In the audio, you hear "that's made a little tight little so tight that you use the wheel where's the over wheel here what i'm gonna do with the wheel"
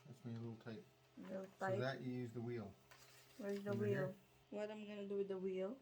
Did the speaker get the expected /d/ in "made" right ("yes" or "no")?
no